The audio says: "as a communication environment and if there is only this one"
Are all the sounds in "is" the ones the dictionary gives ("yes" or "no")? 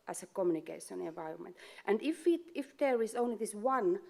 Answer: no